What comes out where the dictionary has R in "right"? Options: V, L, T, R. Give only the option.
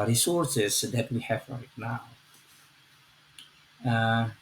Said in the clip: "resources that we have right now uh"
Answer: L